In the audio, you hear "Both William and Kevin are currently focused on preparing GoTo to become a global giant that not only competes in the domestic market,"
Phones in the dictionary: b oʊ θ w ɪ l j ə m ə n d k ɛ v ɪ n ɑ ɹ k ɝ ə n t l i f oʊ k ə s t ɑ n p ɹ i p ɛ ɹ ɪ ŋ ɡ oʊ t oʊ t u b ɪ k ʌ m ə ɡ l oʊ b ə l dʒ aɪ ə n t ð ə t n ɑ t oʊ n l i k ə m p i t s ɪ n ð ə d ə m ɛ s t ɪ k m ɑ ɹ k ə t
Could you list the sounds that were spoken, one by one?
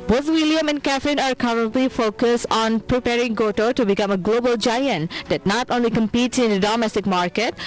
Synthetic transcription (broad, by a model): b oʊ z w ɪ l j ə m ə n k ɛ f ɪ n ɑ ɹ k ɝ ə n t l i f oʊ k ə s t ɑ n p ɹ i p ɛ ɹ ɪ ŋ ɡ oʊ t oʊ t u b ɪ k ʌ m ə ɡ l oʊ b ə l dʒ aɪ ə n t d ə t n ɑ t oʊ n l i k ə m p i t s ɪ n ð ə d ə m ɛ s t ɪ k m ɑ ɹ k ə t